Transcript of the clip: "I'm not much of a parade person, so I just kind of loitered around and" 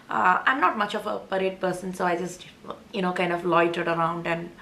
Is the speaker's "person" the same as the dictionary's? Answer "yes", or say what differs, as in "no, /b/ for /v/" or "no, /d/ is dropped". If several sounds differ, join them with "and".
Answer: yes